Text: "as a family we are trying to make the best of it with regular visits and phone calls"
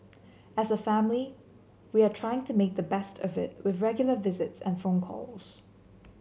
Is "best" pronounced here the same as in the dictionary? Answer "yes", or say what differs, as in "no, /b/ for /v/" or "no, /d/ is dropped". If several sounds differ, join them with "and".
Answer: yes